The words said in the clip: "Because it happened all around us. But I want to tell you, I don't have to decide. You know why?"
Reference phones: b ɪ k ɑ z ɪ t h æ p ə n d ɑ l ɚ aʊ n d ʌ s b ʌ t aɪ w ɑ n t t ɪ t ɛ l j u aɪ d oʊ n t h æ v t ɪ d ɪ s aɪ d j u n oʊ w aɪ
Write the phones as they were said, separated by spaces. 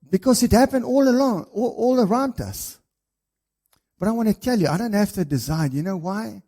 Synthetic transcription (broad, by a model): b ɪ k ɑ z ɪ t h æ p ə n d ɑ l ɚ aʊ n d ʌ s b ʌ t aɪ w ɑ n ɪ t ɛ l j u aɪ d oʊ n t h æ f t ɪ d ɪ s aɪ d j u n oʊ w aɪ